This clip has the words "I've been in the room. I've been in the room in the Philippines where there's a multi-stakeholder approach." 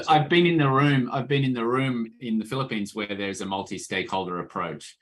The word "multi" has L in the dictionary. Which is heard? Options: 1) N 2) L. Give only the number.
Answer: 2